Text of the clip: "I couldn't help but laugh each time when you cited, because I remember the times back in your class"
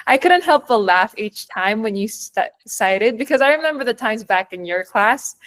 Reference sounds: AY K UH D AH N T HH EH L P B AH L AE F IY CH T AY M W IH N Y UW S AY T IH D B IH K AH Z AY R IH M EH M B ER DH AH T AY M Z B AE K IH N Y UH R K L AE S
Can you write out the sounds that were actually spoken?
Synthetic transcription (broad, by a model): AY K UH D N T HH EH L P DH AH L AE F IY CH T AY M W IH N Y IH S AY T IH D B IH K AH Z AY R IH M EH M B ER DH AH T AY M Z B AE K IH N Y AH R K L AE S